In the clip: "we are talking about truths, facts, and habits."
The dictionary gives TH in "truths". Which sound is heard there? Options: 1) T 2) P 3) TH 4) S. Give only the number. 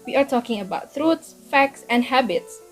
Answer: 1